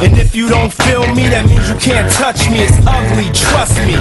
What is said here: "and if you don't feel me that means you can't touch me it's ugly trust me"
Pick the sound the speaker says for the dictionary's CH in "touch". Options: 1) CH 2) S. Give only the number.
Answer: 1